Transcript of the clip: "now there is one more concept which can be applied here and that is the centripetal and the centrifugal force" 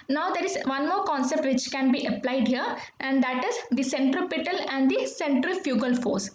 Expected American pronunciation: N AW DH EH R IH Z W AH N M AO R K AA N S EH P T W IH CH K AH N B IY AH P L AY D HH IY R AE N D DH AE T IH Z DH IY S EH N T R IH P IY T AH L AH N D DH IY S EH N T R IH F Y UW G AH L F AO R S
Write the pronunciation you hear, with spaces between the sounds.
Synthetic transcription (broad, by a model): N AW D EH R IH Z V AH N M AO R K AA N S EH P T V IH CH K AH N B IY AH P L AY D HH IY R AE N D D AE T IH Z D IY S EH N T R IH P IY T AH L AH N D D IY S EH N T R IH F Y UW G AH L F AO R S